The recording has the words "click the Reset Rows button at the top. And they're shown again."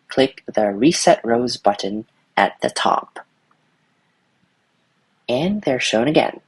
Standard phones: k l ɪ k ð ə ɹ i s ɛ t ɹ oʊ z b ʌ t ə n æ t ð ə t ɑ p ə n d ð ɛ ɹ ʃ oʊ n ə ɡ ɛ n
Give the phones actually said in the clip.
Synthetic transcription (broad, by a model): k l ɪ k ð ə ɹ i s ɛ t ɹ oʊ z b ʌ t n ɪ t ð ə t ɑ p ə n ð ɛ ɹ ʃ oʊ n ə ɡ ɛ n